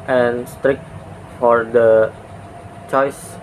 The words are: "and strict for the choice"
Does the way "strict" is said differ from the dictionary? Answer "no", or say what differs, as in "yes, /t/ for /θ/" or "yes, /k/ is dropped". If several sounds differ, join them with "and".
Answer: no